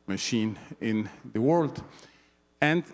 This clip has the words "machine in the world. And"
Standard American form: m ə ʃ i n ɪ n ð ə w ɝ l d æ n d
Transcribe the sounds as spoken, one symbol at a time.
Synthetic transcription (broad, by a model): m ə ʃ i n ɪ n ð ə w ɝ l d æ n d